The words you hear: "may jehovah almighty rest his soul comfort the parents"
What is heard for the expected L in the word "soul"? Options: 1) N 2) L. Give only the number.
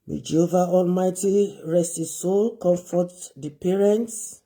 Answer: 2